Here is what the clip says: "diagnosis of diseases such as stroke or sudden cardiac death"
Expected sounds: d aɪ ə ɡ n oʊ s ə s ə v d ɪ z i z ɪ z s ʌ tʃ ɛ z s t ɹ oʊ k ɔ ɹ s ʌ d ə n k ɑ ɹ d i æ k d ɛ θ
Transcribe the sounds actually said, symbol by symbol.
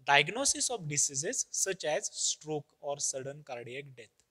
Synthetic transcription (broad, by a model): d aɪ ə ɡ n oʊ s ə s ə f d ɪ s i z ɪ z s ʌ tʃ ɛ z s t ɹ oʊ k ɔ ɹ s ʌ d ə n k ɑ ɹ d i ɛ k d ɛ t